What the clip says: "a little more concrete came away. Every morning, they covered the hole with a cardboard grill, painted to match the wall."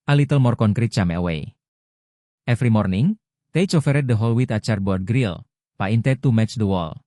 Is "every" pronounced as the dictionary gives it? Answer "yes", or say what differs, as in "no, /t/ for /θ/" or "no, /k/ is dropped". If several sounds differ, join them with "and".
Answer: no, /f/ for /v/